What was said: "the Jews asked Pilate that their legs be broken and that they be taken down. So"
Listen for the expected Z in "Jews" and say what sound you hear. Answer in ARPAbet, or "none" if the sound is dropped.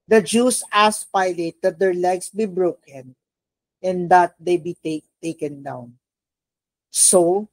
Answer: S